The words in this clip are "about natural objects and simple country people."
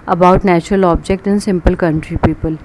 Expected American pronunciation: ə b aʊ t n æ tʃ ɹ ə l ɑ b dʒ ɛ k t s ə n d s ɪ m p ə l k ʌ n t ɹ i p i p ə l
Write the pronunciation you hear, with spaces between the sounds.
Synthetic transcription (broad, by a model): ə b aʊ t n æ tʃ ɹ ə l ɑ b dʒ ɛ k t ə n s ɪ m p ə l k ʌ n t ɹ i p i p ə l